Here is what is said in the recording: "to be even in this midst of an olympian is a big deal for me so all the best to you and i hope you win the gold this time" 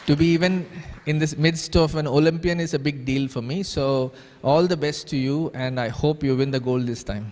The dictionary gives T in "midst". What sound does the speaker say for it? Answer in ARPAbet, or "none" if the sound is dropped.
T